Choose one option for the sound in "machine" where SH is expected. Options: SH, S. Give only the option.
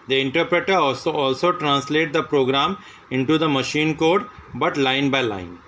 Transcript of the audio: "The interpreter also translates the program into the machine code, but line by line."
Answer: SH